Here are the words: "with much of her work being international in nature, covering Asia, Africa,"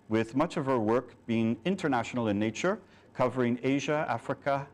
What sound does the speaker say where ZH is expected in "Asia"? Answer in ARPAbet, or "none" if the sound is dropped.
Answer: ZH